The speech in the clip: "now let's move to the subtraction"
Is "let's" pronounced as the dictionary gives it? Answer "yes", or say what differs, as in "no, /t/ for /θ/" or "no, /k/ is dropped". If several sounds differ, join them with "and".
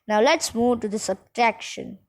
yes